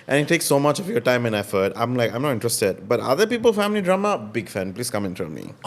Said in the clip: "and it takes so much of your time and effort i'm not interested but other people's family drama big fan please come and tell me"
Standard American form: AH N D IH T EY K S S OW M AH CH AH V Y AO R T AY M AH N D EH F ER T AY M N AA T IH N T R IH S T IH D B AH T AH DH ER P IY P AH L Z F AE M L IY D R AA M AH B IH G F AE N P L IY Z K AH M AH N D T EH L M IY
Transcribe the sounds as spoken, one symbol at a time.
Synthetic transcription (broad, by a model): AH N IH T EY K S S OW M AH CH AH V Y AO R T AY M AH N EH F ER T AY M N AA T IH N T R IH S T IH D B AH T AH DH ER P IY P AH L F AE M L IY D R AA M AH B IH G F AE N P L IY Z K AH M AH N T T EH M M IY